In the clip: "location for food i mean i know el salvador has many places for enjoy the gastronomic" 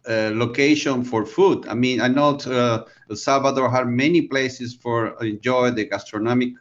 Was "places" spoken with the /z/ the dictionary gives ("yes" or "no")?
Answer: no